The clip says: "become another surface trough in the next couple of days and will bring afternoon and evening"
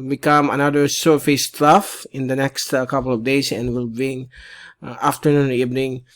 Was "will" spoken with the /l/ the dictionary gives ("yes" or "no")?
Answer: yes